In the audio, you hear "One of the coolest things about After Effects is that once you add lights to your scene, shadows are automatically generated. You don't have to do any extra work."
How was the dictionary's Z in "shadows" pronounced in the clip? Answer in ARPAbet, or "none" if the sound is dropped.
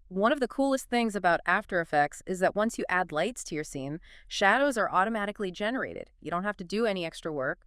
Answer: Z